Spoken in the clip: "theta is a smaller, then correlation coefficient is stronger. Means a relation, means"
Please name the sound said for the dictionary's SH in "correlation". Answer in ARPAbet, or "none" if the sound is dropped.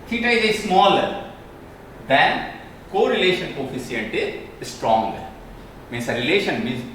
SH